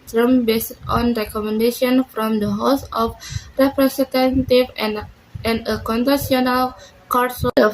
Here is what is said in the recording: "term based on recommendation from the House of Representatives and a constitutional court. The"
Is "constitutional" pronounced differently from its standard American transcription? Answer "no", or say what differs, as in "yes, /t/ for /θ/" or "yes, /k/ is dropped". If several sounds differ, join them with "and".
yes, /s/ is dropped and /s/ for /t/ and /ʃ/ is dropped